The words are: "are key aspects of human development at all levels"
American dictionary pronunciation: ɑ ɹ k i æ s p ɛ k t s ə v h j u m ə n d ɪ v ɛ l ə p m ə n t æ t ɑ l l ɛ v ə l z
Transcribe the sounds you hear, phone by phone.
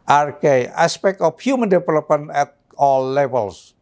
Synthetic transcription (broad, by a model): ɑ ɹ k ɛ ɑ s p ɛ k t ə f h j u m ə n d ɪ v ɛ l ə p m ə n ɛ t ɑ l l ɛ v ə l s